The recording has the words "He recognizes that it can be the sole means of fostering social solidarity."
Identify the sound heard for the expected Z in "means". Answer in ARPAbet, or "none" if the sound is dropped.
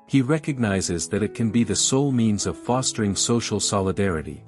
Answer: Z